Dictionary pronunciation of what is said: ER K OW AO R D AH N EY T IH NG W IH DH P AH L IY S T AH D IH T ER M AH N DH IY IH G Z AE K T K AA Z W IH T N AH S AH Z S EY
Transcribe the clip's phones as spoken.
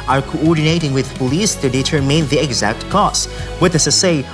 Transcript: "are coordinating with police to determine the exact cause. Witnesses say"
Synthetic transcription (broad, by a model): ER K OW AO R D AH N EY T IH NG W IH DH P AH L IY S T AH D IH T ER M AH N DH IY IH G Z AE K T K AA S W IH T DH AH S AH S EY